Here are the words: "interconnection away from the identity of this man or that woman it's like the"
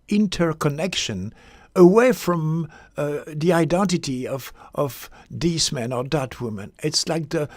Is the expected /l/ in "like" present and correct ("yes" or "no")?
yes